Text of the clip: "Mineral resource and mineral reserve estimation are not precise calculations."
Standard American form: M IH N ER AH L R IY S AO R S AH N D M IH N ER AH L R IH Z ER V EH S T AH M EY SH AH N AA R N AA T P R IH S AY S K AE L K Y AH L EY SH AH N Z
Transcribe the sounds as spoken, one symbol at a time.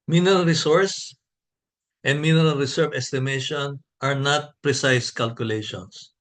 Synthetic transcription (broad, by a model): M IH N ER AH L R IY S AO R S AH N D M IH N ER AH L R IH S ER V EH S T AH M EY SH AH N AA R N AA T P R IH S AY S K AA L K Y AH L EY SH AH N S